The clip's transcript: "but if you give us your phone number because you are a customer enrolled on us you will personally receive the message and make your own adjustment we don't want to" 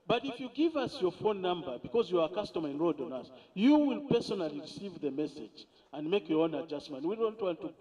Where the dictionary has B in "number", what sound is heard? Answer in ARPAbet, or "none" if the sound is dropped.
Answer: B